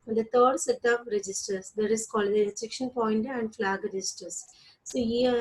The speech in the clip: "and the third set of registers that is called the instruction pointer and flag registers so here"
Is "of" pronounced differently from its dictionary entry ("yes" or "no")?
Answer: yes